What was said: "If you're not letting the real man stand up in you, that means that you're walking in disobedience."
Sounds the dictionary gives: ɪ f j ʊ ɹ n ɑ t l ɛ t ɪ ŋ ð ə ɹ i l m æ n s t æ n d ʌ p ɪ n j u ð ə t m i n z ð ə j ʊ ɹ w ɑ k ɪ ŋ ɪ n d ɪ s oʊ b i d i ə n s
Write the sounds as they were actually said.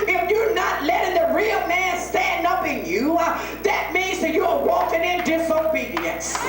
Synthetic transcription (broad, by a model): ɪ f j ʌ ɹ n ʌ t l ɛ t ɪ ŋ ð ə ɹ i l m æ n s t æ n d ʌ p ɪ n j u ð ə t m i n z ð ə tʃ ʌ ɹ w ɑ k ɪ ŋ ɪ n d ɪ s oʊ b i d i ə n s